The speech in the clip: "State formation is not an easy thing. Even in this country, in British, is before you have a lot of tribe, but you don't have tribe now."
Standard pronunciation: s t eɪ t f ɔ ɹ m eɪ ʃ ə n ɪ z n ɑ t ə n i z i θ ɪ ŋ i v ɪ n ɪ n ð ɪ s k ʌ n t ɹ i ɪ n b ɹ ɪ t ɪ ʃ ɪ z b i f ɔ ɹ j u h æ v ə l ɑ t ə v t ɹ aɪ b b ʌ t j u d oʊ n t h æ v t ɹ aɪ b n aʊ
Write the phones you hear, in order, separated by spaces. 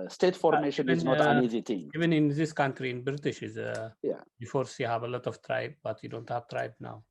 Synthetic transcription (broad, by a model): s t eɪ t f ɔ ɹ m eɪ ʃ ə n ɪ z n ɑ t ə n i z i t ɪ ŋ i v ɪ n ɪ n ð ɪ s k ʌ n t ɹ i ɪ n b ɹ ɪ t ɪ ʃ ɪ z b i f ɔ ɹ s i h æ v ə l ɑ t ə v t ɹ aɪ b b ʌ t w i d oʊ n t h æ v t ɹ aɪ b n aʊ